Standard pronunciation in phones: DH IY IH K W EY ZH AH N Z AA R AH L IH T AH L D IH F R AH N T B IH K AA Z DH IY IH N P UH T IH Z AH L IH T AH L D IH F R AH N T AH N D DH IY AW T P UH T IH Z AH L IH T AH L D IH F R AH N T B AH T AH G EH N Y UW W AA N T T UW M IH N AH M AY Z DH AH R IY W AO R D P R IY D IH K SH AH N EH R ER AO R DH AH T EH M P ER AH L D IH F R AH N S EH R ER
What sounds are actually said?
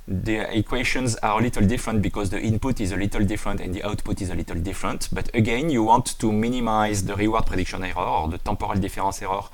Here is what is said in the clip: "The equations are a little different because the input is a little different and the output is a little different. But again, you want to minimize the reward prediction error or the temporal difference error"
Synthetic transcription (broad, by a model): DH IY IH K W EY SH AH N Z AA R AH L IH T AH L D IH F R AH N T B IH K AA Z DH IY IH N P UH T IH Z AH L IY T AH L D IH F R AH N T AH N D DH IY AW T P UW T IH Z AH L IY T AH L D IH F R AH N T B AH T AH G EH N Y UW W AA N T T UW M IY N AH M AY Z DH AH R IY W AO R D P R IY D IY K SH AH N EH R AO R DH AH T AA P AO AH L D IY F R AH S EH R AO